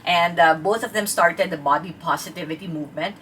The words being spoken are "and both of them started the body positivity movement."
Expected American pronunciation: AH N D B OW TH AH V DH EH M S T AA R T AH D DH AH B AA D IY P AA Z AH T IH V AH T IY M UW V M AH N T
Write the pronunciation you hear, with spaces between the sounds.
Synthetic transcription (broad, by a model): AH N D B OW T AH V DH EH M S T AA R T AH D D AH B AA D IY P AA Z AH T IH V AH T IY M UW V M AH N T